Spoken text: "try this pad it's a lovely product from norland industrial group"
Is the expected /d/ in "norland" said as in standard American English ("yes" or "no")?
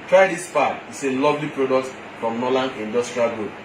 no